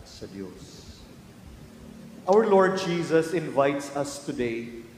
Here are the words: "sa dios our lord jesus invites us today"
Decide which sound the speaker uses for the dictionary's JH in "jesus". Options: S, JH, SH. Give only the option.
JH